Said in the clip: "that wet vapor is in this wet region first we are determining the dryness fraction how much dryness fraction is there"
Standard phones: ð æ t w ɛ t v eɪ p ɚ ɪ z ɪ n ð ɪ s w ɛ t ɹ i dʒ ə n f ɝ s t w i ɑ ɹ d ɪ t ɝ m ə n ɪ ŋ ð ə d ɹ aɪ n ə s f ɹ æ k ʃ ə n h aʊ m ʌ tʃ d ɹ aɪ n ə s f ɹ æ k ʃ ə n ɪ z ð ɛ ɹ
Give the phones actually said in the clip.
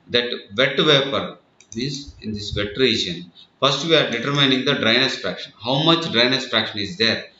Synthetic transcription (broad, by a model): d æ t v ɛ t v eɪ p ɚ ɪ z ɪ n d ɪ s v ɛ t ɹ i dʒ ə n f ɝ s t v i ɑ ɹ d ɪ t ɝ m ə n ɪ ŋ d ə d ɹ aɪ n ə s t ɹ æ k ʃ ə n h aʊ m ʌ tʃ d ɹ aɪ n ə s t ɹ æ k ʃ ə n ɪ z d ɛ ɹ